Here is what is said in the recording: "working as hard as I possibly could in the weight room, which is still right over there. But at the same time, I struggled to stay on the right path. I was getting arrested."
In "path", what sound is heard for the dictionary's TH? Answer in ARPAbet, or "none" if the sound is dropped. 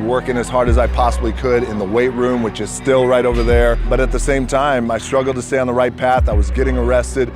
TH